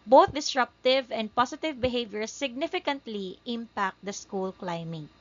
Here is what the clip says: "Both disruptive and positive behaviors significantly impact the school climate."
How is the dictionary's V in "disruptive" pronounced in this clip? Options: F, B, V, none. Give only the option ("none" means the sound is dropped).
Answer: V